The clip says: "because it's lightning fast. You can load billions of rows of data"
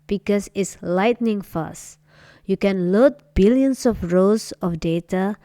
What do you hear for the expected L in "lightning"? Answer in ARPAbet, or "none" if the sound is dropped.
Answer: L